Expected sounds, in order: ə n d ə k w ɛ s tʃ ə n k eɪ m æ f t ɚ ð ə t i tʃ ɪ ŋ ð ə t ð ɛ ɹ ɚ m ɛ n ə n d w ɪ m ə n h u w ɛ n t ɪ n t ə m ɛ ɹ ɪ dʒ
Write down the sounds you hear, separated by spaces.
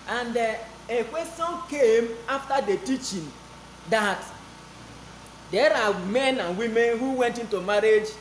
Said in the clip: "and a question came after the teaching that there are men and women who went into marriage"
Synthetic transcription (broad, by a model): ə n d ə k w ɛ s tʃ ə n k eɪ m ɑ f t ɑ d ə t i tʃ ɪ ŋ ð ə t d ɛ ɹ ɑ m ɛ n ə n w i m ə n h u w ɛ n t ɪ n t ə m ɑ ɹ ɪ dʒ